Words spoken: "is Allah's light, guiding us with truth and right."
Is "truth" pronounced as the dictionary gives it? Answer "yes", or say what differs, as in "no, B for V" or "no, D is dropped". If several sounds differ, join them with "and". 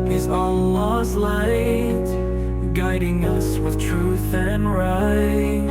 yes